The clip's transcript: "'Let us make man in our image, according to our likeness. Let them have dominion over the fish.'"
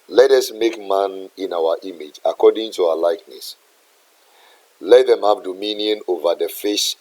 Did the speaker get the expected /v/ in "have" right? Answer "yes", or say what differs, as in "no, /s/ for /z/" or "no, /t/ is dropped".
no, /p/ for /v/